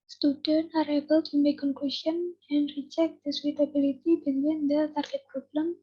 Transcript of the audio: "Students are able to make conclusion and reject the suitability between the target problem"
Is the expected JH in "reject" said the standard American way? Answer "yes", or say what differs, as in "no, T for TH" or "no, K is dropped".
no, CH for JH